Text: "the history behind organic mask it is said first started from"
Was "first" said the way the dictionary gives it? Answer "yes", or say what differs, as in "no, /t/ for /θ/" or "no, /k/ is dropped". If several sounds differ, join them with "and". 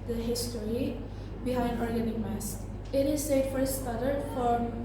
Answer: no, /s/ is dropped